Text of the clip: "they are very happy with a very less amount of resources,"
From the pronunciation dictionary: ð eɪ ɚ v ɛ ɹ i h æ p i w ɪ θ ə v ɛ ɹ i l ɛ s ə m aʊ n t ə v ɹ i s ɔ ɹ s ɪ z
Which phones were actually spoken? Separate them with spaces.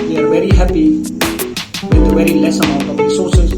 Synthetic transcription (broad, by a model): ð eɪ ɚ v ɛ ɹ i h æ p i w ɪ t ə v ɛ ɹ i l ɛ s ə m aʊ t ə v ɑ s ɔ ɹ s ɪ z